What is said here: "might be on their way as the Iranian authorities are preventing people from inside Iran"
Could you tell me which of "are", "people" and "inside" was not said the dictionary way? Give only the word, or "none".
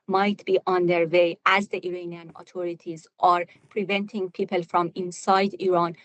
none